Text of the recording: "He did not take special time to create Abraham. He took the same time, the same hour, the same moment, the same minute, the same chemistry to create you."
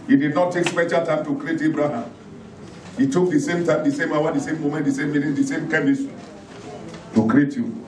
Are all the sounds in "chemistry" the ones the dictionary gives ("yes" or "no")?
no